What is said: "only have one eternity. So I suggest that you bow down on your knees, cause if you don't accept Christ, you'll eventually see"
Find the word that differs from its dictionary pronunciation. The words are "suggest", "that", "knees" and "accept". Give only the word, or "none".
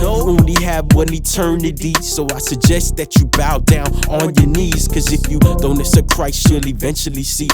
accept